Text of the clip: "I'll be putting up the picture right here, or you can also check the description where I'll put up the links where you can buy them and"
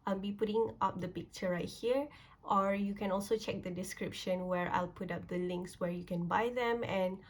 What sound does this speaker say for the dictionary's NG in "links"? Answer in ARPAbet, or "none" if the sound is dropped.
NG